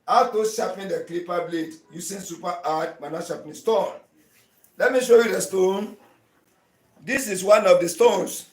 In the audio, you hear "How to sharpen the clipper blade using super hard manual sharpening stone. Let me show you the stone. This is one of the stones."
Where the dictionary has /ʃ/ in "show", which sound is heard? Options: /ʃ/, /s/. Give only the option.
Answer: /ʃ/